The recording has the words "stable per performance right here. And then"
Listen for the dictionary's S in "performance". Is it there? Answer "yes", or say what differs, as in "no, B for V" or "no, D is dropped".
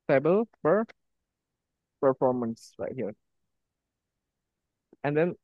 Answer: yes